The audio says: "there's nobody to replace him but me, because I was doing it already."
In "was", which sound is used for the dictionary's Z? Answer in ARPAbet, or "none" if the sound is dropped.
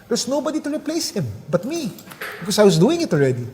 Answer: S